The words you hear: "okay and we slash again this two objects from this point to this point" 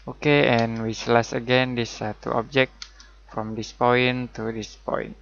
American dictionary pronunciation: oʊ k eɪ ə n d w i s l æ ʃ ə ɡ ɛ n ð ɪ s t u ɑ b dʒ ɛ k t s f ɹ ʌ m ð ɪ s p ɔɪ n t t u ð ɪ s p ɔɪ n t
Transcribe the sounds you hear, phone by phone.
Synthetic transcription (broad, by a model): oʊ k eɪ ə n w i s l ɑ s ə ɡ ɛ n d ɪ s t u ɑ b dʒ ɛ k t f ɹ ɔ m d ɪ s p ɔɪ n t t u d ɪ s p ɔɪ n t